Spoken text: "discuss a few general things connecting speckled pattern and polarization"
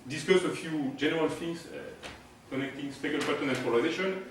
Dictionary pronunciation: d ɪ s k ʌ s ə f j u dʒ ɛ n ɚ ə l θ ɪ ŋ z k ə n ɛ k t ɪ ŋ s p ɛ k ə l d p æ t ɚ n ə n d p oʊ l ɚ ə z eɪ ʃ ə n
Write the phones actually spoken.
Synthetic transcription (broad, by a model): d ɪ s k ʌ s ə f j u dʒ ɛ n ɚ ə l f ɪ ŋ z k ə n ɛ k t ɪ ŋ s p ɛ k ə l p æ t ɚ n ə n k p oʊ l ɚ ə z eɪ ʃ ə n